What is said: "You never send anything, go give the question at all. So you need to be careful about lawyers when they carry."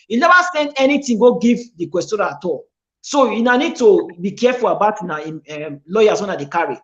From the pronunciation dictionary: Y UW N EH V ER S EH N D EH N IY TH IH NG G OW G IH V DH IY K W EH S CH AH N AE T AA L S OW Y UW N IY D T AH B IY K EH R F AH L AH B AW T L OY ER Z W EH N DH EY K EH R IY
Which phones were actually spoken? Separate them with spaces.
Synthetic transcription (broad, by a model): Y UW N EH V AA S EH N D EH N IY T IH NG G OW G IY V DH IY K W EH S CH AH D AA T AA L S OW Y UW N IY D T AH B IY K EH F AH L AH B AW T L OY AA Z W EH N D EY K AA R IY